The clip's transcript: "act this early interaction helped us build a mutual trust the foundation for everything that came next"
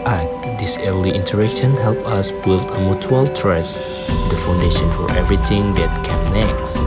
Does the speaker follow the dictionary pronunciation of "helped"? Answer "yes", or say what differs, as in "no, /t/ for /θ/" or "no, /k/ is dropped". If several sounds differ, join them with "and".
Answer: no, /t/ is dropped